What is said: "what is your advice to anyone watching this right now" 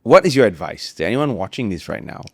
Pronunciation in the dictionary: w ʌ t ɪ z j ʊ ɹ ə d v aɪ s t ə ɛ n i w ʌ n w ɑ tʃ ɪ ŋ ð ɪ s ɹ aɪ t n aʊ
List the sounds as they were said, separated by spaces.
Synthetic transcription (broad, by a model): w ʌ t ɪ z j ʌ ɹ ə d v aɪ s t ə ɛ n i w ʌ n w ɑ tʃ ɪ ŋ ð ɪ s ɹ aɪ t n aʊ